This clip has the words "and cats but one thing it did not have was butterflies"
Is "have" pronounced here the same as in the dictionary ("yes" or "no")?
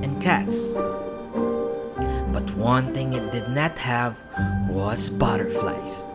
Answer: yes